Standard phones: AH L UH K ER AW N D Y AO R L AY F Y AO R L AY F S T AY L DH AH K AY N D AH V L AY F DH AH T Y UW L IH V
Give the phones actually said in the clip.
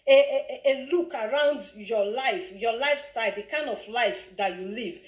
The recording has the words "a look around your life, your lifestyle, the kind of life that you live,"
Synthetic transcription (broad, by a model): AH L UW K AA AW N D Y AO L AY F Y AO L AY F S T AY L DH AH K AY N D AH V L AY F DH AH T Y UW L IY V